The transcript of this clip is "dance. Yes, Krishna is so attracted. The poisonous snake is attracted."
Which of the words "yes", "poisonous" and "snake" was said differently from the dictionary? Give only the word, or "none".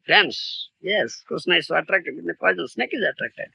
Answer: poisonous